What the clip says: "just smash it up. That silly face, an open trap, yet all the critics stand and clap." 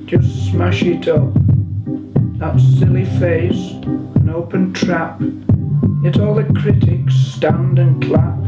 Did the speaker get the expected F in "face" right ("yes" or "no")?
yes